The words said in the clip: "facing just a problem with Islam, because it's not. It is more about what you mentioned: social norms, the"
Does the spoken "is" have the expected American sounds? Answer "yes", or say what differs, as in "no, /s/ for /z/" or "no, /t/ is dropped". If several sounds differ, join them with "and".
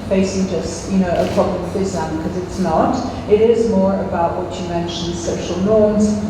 yes